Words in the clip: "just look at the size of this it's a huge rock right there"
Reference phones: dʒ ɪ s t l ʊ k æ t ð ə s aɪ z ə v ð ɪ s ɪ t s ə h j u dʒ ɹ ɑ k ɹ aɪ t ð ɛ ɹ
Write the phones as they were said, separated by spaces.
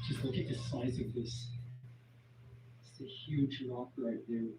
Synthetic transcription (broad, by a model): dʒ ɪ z l ʊ k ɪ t ð ə s aɪ z ə v ð ɪ s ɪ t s ə h j u dʒ l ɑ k l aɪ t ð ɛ